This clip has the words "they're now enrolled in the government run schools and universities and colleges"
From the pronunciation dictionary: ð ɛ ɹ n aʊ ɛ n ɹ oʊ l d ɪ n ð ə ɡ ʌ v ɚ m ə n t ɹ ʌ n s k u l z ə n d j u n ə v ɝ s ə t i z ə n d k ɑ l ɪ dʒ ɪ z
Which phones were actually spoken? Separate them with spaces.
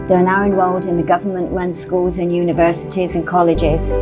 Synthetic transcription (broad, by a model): ð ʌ ɹ n aʊ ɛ n w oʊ l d ɪ n ð ə ɡ ʌ v ɚ m ə n t ɹ ʌ n s k u l z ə n j u n ə v ɝ s ə t i z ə n k ɑ l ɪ dʒ ɪ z